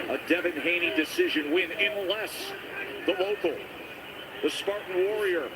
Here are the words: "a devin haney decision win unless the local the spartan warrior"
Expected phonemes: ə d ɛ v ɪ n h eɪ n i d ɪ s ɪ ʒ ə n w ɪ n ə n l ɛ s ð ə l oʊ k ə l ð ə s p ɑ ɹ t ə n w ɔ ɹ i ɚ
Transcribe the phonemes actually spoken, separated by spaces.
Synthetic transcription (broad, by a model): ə d ɛ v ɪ n h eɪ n i d ɪ s ɪ ʒ ə n w ɪ n ə n l ɛ s ð ə l oʊ k l ð ə s p ɑ ɹ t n w ɔ ɹ i ɚ